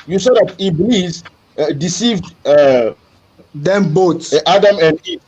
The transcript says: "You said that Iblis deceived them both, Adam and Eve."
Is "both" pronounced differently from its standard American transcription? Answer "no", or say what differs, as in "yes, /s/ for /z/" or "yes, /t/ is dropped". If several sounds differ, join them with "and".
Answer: yes, /t/ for /θ/